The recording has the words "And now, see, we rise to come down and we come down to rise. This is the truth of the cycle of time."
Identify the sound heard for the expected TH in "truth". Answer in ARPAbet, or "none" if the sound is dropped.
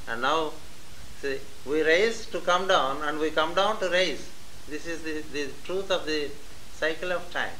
T